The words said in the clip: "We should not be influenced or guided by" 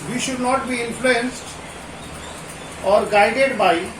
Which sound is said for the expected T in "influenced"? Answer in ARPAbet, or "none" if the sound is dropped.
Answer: T